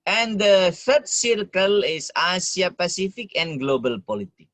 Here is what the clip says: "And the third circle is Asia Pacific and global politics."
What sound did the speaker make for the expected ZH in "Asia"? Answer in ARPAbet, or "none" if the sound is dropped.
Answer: S